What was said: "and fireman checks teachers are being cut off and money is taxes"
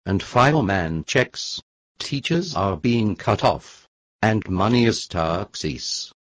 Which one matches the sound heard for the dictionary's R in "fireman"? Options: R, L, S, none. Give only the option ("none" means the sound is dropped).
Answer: L